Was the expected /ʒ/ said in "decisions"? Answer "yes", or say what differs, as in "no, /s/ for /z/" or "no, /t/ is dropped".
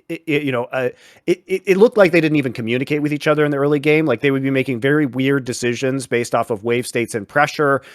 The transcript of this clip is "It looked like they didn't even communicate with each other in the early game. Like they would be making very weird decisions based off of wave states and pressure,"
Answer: yes